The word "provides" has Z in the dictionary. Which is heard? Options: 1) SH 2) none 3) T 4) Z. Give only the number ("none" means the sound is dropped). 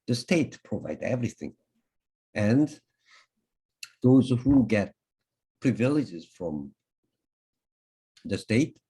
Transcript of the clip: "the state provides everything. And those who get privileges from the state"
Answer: 2